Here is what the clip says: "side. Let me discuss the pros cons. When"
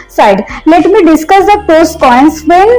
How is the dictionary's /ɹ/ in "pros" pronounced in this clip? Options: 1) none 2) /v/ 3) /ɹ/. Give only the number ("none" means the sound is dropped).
1